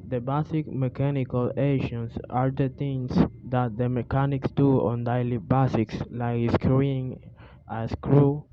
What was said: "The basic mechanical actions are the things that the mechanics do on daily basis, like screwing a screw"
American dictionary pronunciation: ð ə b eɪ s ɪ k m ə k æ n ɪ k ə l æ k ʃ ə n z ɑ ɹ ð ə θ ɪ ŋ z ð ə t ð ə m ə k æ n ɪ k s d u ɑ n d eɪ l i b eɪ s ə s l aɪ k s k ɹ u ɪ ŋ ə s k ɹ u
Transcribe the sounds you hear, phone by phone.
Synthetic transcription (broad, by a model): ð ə b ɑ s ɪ k m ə k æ n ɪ k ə l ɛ ʃ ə n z ɑ ɹ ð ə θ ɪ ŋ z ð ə t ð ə m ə k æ n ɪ k s d u ɑ n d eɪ l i b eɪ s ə s l aɪ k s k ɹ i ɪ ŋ ə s k ɹ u